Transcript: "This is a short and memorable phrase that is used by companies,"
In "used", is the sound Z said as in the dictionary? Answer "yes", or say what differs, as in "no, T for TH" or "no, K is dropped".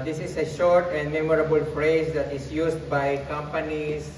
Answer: no, S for Z